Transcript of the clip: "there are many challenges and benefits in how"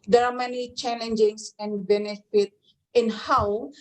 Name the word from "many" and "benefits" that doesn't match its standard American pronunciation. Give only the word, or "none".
benefits